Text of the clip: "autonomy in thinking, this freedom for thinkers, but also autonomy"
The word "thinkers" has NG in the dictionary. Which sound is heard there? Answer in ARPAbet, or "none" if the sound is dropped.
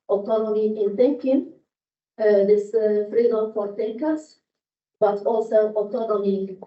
none